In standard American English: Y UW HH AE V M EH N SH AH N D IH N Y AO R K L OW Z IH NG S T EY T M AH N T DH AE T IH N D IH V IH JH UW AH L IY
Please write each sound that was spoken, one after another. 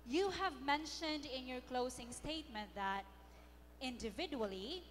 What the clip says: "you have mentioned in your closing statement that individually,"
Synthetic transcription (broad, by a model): Y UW HH AE V M EH N SH AH N D IH N Y AO R K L OW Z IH NG S T EY T M AH N T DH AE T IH N D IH V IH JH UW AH L IY